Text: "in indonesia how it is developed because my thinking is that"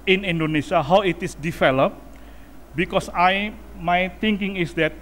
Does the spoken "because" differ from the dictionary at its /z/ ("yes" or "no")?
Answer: yes